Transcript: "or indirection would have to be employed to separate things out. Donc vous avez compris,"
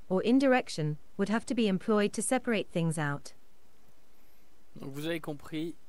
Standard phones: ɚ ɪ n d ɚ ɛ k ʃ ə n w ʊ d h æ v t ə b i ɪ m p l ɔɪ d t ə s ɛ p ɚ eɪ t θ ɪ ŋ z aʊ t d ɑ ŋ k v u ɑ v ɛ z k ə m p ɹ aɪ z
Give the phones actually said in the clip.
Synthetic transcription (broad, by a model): ɚ ɪ n d ɚ ɛ k ʃ ə n w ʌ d h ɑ f t ə b i ɪ m p l ɔɪ d t ə s ɛ p ɚ eɪ t θ ɪ ŋ z aʊ t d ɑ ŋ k v u ɑ v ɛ k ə p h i